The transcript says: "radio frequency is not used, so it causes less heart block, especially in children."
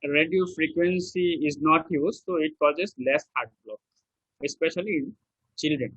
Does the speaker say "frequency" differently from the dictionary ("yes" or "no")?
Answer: no